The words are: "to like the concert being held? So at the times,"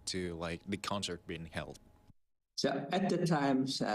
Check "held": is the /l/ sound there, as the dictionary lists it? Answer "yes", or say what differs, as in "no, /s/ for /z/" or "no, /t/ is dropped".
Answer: yes